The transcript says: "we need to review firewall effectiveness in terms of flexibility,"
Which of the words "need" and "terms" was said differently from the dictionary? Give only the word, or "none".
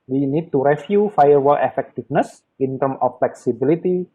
terms